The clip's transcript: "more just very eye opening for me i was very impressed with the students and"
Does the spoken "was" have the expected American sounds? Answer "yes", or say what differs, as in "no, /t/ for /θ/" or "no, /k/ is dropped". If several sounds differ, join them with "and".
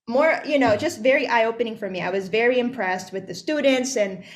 yes